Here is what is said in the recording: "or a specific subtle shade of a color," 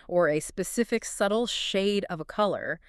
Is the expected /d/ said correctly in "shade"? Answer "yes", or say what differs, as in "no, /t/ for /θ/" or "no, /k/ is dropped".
yes